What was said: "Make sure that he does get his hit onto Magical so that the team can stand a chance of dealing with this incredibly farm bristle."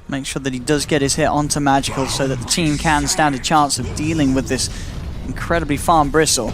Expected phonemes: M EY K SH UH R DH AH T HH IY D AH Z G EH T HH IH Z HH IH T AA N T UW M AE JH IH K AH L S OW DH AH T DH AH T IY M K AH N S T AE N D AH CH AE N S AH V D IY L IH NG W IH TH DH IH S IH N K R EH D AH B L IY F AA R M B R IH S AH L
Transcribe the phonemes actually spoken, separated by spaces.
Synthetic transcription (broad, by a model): M EY K SH UH R DH AH T HH IY D AH Z G EH T HH IH Z HH IH T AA N T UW M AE JH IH K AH L S OW DH AH T DH AH T IY M K AH N S T AE N D AH CH AE N S AH V D IY L IH NG W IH DH IH S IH N K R EH D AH B L IY F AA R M B R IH S L